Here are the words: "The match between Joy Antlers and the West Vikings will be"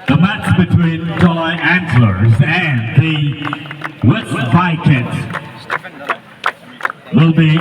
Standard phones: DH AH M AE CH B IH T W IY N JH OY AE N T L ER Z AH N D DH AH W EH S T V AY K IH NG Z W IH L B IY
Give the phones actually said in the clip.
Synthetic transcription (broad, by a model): DH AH M AE CH B IH T W IY N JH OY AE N S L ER Z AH N DH AH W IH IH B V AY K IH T W IH L B IY